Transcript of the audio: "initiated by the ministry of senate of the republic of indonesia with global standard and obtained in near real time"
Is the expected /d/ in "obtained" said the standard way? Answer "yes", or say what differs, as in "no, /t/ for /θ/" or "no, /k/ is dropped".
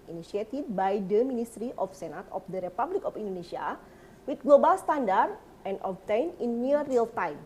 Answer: no, /d/ is dropped